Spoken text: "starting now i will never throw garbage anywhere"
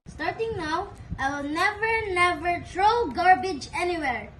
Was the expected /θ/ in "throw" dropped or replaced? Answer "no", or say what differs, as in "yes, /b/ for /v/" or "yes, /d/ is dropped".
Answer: yes, /t/ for /θ/